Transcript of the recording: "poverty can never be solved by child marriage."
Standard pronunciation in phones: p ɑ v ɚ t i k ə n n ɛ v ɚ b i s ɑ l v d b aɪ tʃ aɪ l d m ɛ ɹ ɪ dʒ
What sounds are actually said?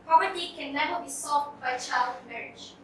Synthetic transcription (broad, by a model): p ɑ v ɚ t i k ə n n ɛ v ɚ b i s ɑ v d b aɪ tʃ aɪ l d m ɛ ɹ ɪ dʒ